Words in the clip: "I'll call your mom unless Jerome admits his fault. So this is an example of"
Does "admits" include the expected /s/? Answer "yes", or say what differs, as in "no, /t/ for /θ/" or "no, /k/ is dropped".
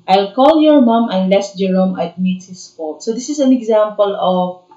no, /s/ is dropped